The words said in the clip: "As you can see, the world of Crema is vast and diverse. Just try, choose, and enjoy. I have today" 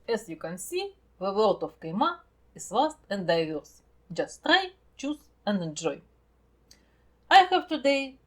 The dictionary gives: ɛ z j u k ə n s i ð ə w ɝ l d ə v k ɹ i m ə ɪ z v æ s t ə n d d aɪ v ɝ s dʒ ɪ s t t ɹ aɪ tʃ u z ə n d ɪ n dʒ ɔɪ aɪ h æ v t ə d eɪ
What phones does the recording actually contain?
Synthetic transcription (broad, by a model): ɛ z j u k ə n s i ð ə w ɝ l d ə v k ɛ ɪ m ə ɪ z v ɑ s t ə n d d aɪ v ɝ s dʒ ɪ s t t ɹ aɪ tʃ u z ə n d ɪ n dʒ ɔɪ aɪ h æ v t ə d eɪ